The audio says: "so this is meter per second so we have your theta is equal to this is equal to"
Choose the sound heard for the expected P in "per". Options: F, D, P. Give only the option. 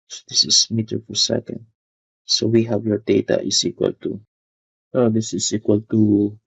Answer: F